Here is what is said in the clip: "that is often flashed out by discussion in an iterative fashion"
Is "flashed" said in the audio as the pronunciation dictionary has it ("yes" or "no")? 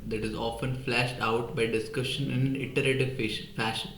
yes